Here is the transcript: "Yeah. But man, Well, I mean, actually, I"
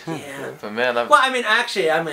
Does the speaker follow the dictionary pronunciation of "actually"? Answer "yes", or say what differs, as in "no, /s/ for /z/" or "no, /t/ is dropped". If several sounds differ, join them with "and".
yes